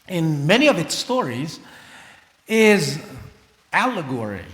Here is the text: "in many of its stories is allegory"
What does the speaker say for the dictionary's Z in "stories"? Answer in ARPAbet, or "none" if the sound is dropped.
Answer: Z